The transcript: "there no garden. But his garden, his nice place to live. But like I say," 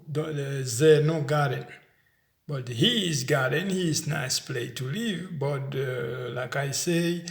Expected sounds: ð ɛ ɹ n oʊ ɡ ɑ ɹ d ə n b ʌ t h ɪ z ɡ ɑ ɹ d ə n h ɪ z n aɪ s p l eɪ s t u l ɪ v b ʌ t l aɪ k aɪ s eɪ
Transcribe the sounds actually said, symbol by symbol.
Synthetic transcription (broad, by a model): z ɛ n oʊ ɡ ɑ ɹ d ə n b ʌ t h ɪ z ɡ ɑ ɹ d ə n h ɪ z n aɪ s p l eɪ t u l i v b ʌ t l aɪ k aɪ s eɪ